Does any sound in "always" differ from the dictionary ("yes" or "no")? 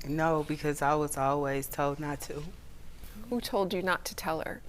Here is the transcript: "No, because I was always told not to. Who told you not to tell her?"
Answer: no